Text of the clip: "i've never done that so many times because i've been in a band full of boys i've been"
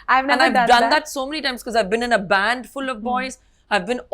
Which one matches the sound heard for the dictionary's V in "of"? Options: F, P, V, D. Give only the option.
V